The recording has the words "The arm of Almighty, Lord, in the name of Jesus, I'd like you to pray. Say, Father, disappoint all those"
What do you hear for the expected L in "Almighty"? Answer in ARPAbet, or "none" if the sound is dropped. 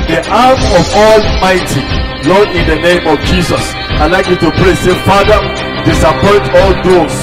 L